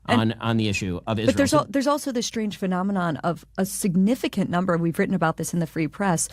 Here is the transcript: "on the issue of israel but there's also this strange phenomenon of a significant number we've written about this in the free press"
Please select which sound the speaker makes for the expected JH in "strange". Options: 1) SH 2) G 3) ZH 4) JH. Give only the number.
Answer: 3